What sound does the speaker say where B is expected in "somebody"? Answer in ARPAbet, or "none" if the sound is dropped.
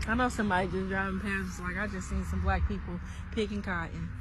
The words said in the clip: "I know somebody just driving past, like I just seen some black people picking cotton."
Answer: none